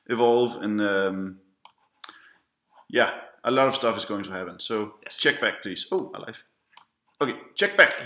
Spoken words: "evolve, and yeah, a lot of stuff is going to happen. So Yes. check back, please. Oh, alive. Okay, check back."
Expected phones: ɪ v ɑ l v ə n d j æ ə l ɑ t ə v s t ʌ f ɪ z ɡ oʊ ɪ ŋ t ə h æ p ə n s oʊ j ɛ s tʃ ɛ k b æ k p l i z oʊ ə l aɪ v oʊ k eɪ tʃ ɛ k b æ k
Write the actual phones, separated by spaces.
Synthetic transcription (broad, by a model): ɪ v ɑ l v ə n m j æ ə l ɑ t ə v s t ʌ f ɪ z ɡ oʊ ɪ ŋ t ə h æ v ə n s oʊ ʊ tʃ ɛ k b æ k p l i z oʊ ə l aɪ f oʊ k eɪ tʃ ɛ k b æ k